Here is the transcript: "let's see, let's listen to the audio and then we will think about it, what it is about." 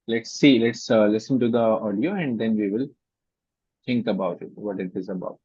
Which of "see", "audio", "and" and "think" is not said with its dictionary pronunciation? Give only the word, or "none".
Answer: think